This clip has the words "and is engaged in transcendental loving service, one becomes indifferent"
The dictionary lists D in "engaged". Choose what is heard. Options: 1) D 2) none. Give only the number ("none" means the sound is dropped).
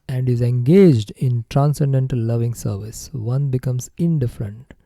1